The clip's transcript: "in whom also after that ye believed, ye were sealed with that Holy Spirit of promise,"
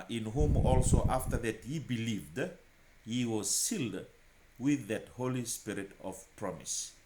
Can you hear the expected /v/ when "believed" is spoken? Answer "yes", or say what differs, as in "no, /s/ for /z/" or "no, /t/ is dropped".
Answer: yes